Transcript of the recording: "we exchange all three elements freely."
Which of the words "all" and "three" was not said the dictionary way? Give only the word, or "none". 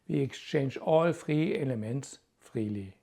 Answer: three